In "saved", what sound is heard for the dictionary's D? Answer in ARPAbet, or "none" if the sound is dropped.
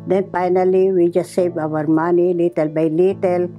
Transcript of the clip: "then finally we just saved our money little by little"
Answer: none